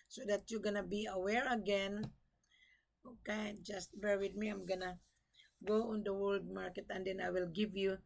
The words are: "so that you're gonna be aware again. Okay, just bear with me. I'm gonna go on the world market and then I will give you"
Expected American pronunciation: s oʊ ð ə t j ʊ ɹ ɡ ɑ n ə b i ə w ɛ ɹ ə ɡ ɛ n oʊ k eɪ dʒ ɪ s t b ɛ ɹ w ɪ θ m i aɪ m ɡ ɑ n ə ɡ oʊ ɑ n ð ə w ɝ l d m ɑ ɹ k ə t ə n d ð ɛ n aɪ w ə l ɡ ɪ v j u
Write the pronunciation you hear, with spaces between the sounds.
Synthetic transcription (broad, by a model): s oʊ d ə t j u ɡ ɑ n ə b i ə w ɛ ɹ ə ɡ ɛ n oʊ k eɪ dʒ ɪ s t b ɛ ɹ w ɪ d m i aɪ m ɡ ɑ n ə ɡ oʊ ɑ n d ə w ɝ l d m ɑ ɹ k ə t ə n d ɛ n aɪ w ə l ɡ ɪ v j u